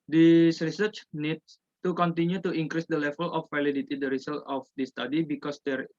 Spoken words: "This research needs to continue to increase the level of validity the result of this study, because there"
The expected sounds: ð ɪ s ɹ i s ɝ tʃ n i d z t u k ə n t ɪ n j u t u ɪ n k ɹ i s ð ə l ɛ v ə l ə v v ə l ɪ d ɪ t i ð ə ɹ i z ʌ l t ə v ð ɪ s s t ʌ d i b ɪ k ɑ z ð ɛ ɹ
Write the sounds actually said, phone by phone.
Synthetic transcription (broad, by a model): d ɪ s ɹ i s ɝ tʃ n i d s t u k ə n t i n j u t u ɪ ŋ k ɹ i s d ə l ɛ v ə l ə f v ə l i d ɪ t i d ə ɹ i s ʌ l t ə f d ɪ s s t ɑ d i b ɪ k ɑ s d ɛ ɹ